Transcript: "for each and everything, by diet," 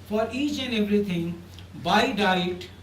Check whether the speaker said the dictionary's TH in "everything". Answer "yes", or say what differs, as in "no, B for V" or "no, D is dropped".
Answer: no, T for TH